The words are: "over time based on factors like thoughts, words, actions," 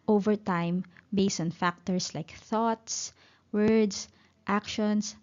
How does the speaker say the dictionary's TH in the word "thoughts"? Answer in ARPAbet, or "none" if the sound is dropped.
TH